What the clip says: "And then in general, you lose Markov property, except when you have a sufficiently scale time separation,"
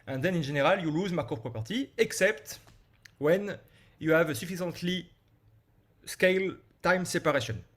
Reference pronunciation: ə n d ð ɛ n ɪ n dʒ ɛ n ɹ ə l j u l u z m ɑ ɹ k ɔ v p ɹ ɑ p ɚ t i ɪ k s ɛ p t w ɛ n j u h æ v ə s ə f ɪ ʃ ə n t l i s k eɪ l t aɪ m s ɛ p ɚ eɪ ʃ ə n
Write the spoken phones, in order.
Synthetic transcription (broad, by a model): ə n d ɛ n ɪ n ʒ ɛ n ɹ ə l j u l u z m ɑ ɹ k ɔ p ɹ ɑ p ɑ t i ɪ k s ɛ p t w ɛ n j u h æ v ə s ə f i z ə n t l i s k eɪ l t aɪ m s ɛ p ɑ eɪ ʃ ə n